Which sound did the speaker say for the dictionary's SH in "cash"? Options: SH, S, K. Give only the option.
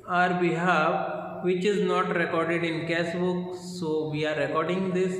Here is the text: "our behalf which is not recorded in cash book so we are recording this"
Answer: S